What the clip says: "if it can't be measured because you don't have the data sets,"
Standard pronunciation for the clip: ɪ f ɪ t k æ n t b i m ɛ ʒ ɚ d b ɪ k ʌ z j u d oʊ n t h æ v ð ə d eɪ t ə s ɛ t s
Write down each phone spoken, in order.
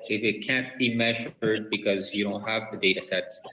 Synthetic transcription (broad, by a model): ɪ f ɪ t k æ n b i m ɛ ʒ ɚ d b ɪ k ʌ z j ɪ d oʊ n t h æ v ð ə d eɪ t ə s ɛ t s